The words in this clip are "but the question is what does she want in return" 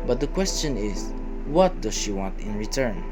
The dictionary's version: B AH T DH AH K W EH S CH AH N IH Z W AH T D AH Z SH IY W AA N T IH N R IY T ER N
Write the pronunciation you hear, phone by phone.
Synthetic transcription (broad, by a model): B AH T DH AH K W EH S CH AH N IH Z W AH T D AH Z SH IY W AA N T IH N R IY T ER N